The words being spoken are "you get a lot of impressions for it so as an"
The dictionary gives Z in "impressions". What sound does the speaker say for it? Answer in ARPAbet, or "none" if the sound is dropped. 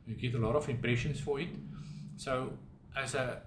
S